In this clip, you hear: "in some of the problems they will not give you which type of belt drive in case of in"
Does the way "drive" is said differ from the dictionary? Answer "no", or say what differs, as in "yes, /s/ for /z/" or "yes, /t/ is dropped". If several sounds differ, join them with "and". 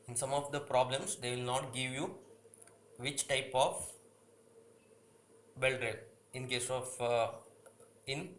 yes, /v/ is dropped